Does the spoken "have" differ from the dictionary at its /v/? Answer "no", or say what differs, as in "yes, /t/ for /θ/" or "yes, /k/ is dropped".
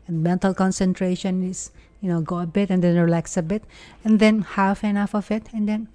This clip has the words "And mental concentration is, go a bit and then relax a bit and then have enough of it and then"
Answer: yes, /f/ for /v/